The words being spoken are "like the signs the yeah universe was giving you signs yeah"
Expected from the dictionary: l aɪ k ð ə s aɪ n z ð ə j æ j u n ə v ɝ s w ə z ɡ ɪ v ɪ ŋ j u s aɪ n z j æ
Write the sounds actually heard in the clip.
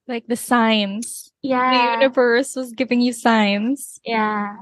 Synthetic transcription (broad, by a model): l aɪ k ð ə s aɪ n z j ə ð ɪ j u n ə v ɝ s w ə z ɡ ɪ v ɪ ŋ j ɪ s aɪ n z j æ